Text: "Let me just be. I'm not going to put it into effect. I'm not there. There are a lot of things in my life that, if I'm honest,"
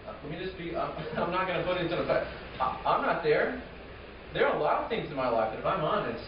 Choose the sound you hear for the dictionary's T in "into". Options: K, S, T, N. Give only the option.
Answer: S